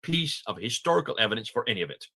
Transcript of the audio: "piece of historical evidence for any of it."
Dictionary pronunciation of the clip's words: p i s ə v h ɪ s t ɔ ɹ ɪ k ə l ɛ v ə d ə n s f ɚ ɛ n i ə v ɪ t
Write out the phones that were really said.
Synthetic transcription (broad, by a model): p i s ə v h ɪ s t ɔ ɹ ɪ k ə l ɛ v ə d ə n s f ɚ ɛ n i ə v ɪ t